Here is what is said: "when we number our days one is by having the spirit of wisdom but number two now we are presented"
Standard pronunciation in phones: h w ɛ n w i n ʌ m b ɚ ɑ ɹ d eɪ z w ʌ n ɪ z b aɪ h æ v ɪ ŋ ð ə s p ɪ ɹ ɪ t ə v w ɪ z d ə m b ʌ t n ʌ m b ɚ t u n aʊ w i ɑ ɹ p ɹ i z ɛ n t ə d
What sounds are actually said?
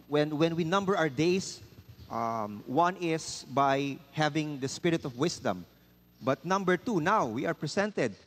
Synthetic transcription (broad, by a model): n w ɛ n w i n ʌ m b ɚ ɑ ɹ d eɪ s w ʌ n ɪ s b aɪ h æ v ɪ ŋ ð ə s p ɪ ɹ ɪ t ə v w ɪ s d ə m b ʌ t n ʌ m b ɚ t u n aʊ w i ɑ ɹ p ɹ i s ɛ n t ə d